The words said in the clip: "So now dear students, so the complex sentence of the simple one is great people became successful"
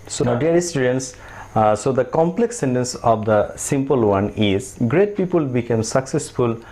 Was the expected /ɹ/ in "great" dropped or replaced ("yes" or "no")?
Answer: no